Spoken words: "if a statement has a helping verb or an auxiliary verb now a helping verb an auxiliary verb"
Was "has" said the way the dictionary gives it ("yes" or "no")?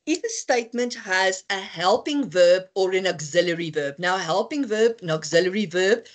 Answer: yes